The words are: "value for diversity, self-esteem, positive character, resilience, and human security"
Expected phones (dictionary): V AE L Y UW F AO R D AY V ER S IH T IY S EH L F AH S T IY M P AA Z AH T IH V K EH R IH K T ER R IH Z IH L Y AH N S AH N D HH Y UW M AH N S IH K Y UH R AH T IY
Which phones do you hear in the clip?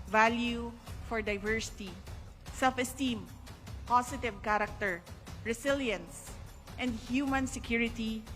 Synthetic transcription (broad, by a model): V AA L Y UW F AO R D AY V ER S IH T IY S EH L F AH S T IY M P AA S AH T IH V K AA R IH K T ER R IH S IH L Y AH N S AH N D HH Y UW M AH N S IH K Y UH R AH T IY